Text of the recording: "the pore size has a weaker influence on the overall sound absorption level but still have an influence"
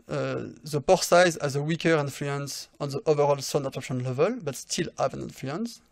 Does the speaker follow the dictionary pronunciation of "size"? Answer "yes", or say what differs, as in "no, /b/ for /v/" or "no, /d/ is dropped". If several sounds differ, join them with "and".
yes